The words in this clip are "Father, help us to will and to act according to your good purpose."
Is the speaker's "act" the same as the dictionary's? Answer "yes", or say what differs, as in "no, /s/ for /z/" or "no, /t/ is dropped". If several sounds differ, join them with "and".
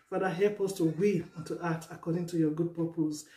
no, /k/ is dropped